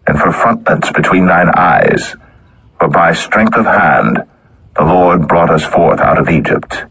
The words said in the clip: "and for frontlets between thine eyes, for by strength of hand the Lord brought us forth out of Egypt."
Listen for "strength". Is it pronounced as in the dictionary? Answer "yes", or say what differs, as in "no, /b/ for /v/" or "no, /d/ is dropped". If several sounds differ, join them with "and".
yes